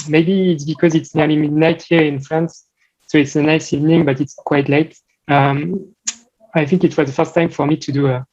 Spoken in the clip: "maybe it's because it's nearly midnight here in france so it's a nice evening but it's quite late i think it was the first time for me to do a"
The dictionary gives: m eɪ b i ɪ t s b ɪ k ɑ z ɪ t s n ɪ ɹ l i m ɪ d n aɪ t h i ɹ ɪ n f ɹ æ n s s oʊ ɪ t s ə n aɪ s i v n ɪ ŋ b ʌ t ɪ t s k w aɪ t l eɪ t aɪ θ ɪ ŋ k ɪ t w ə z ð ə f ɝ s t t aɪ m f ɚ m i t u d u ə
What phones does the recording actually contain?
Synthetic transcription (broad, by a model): m eɪ b i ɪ t s b ɪ k ɑ z ɪ t s n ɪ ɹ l i m ɪ d n aɪ t h i ɹ ɪ n f ɹ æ n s s oʊ ɪ t s ə n aɪ s i v n ɪ ŋ b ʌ t ɪ t s k w aɪ t l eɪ t aɪ θ ɪ ŋ k ɪ t w ə z ð ə f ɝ s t t aɪ m f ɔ m i t u d u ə